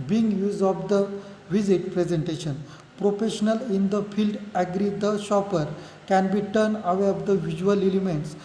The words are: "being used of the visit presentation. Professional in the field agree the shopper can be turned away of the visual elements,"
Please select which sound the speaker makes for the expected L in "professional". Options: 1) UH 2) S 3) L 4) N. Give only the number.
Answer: 3